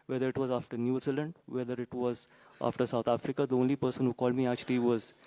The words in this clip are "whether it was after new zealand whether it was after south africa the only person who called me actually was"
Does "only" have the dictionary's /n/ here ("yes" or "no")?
yes